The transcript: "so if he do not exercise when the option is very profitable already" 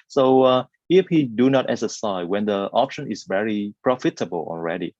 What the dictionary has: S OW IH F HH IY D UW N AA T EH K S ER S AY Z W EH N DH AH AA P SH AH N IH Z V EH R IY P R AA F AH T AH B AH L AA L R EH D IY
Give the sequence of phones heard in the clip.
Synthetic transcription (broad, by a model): S OW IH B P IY D UW N AA T EH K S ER S AY W EH N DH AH AA P SH AH N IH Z V EH R IY P R AA F AH T AH B AH L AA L R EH D IY